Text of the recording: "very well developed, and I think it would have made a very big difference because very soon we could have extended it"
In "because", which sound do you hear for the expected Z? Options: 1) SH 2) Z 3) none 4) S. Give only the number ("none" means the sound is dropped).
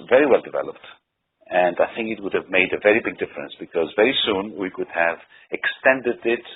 2